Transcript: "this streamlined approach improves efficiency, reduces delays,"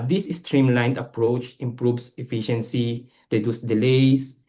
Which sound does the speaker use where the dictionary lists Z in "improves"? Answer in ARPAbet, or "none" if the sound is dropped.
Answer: S